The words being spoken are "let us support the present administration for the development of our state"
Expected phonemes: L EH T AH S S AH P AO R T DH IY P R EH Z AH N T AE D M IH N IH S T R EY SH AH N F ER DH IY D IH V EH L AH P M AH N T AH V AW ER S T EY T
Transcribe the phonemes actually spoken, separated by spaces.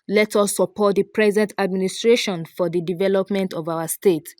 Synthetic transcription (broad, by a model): L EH T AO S S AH P AO T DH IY P R EH Z AH N T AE D M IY N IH S T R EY SH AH N F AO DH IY D IH V EH L AH P M AH N T AH V AW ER S T EY T